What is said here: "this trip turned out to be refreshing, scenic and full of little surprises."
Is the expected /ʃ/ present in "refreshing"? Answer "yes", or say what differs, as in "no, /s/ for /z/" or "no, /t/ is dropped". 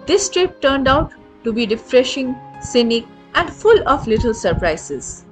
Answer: yes